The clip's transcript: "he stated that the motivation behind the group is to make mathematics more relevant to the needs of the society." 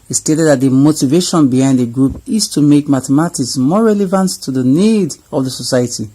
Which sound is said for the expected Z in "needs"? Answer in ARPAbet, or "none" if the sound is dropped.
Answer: none